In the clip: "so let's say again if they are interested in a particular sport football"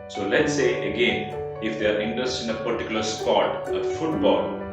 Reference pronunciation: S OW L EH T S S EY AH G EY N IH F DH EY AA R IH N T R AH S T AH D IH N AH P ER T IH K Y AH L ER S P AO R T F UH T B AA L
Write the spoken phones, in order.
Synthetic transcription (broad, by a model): S OW L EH T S S EY AH G EY N IH F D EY AA R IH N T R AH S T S IH N AH P ER T IH K Y AH L ER S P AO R T F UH T B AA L